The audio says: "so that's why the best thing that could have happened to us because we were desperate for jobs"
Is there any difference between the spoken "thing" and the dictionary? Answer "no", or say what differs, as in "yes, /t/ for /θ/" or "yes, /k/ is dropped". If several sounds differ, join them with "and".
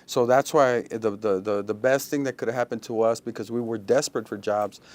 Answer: no